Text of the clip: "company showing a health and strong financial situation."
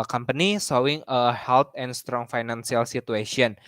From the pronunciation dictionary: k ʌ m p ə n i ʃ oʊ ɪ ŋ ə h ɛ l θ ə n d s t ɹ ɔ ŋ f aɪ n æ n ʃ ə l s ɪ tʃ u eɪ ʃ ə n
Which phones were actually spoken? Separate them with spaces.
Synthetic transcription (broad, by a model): k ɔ m p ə n i s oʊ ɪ ŋ ə h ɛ l t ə n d s t ɹ ɔ ŋ f aɪ n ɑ n s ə l s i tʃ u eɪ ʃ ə n